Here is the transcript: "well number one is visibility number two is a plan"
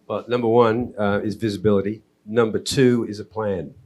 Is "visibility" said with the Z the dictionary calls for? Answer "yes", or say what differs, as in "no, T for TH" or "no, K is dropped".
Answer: yes